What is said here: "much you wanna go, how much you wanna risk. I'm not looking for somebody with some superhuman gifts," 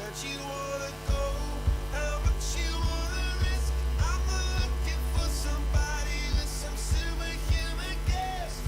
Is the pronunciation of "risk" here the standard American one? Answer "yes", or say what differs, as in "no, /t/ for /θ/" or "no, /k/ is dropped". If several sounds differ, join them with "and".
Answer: yes